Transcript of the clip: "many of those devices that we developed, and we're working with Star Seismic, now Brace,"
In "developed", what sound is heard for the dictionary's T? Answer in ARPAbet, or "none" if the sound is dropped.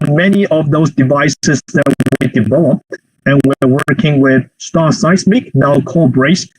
none